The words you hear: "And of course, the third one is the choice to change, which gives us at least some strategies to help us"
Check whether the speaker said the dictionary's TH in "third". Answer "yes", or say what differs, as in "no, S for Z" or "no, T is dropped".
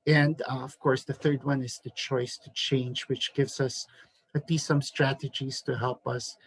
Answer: yes